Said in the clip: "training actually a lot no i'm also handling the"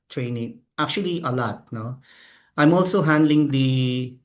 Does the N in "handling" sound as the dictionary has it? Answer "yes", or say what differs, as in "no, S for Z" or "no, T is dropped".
yes